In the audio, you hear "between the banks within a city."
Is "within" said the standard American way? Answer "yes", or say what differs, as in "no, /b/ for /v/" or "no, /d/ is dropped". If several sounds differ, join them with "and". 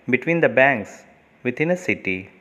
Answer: no, /t/ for /θ/